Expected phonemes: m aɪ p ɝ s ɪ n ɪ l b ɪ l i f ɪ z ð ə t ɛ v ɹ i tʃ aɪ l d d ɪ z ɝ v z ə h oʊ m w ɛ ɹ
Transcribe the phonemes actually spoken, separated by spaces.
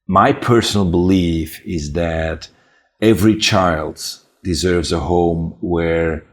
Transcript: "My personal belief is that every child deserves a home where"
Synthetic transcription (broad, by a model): m aɪ p ɝ s n l b ɪ l i f ɪ z ð ə t ɛ v ɹ i tʃ aɪ l d d ɪ z ɝ v z ə h oʊ m w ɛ ɹ